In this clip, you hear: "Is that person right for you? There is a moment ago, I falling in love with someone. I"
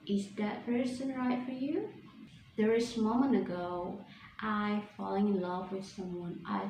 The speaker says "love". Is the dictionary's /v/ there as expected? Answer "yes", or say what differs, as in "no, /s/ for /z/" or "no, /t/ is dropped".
yes